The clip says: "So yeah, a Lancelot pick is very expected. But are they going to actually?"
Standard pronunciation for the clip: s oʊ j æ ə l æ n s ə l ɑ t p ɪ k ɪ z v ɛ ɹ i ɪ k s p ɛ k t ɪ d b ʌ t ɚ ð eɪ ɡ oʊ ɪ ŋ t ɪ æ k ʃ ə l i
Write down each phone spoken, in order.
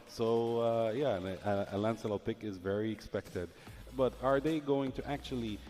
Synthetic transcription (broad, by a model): s oʊ j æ ə l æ n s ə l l p ɪ k ɪ z v ɛ ɹ i ɪ k s p ɛ k t ɪ d b ʌ t ɚ ð eɪ ɡ oʊ ɪ ŋ t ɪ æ k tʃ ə l i